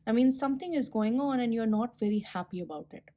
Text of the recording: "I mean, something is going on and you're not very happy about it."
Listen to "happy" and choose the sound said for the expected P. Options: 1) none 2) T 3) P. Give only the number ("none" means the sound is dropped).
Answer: 3